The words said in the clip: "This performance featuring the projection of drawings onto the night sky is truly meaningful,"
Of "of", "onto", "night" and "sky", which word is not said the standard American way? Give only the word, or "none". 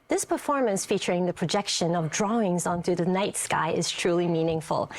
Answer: none